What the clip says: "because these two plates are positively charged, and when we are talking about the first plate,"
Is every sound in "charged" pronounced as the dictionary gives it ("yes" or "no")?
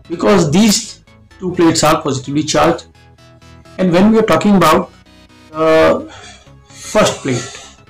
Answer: no